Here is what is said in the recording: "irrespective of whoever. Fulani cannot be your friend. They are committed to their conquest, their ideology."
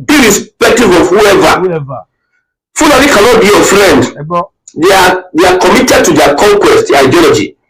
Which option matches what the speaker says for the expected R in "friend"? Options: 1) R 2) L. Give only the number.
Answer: 2